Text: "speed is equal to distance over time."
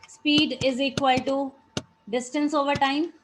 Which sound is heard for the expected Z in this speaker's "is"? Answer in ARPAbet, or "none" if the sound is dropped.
Z